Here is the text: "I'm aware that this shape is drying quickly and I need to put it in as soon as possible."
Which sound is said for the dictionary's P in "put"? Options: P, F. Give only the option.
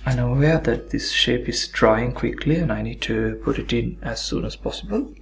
P